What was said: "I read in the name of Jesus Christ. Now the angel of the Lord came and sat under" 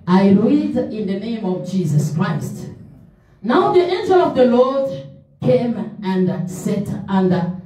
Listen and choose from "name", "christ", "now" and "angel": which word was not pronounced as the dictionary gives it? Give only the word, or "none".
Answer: none